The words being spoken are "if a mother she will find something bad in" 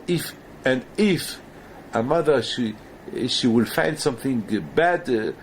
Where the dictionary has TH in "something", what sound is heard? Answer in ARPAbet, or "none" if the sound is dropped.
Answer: TH